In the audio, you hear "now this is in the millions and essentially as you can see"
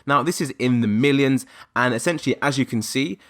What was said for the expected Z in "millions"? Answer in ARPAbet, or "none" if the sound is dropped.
Z